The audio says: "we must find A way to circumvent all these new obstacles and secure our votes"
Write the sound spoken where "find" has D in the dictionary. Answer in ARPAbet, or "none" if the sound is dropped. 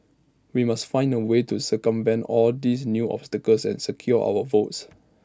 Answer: D